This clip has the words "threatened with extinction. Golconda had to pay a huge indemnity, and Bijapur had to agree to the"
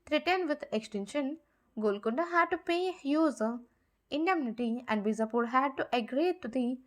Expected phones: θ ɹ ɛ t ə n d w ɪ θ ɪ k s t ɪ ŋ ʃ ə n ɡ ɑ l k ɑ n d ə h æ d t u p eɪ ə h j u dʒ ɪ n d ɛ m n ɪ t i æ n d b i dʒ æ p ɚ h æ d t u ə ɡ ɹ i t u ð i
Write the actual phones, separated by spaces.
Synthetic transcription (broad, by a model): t ɹ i t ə n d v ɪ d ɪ k s t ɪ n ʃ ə n ɡ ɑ l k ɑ n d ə h æ d t u p eɪ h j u z ɪ n d ɛ m n ɪ t i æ n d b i z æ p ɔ h æ d t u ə ɡ ɹ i t u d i